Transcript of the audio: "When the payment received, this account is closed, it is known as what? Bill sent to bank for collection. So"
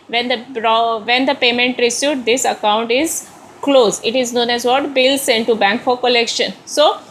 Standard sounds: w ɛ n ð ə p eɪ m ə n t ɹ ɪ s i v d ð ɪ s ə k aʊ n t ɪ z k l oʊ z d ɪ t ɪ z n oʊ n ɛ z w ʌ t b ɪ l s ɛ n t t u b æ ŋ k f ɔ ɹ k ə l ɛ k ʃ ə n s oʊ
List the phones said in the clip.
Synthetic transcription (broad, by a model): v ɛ n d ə p eɪ m ə n t ɹ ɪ s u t d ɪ s ə k aʊ n t ɪ z k l oʊ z ɪ t ɪ z n oʊ n ɛ z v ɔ t b ɪ l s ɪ n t t u b æ ŋ k f ɔ ɹ k ə l ɛ k ʃ ə n s oʊ